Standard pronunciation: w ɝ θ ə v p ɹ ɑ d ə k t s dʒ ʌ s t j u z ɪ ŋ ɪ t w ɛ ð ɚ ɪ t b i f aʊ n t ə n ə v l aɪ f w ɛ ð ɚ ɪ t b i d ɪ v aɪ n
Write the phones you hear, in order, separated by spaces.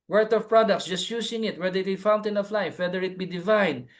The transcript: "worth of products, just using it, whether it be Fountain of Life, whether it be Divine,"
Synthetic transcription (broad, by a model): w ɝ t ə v p ɹ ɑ d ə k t s dʒ ʌ s t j u s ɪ ŋ ɪ t w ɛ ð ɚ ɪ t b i f aʊ n t ə n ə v l aɪ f w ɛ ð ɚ ɪ t b i d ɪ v aɪ n